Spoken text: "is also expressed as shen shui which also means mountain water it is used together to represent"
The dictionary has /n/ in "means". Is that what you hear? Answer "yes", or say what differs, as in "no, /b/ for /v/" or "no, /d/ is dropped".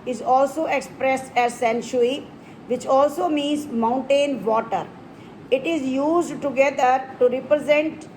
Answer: yes